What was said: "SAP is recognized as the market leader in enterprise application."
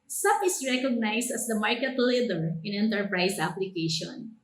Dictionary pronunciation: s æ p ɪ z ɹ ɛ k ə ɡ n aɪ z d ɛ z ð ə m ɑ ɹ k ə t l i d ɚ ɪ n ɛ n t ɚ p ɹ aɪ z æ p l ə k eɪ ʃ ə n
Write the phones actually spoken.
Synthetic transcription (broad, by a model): s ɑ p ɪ s ɹ ɛ k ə ɡ n aɪ s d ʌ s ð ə m ɑ ɹ k ə t l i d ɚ ɪ n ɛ n t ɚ p ɹ aɪ s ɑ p l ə k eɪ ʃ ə n